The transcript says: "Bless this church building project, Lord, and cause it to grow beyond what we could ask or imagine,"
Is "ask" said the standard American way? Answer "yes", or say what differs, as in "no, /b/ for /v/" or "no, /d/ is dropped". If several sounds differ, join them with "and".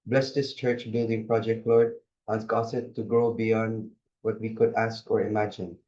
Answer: yes